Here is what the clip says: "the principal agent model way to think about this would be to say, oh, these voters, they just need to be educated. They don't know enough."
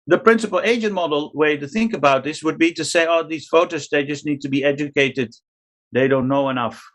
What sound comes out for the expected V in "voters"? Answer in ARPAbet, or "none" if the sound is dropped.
F